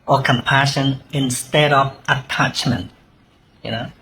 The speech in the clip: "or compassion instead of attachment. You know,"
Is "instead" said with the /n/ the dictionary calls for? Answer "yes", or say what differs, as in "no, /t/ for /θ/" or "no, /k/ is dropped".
yes